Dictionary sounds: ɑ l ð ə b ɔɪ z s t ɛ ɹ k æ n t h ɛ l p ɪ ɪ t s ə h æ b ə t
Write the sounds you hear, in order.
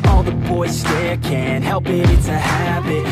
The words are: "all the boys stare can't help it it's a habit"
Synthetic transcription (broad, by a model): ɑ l ð ə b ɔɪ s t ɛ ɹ k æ n h ɛ l p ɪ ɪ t ə h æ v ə t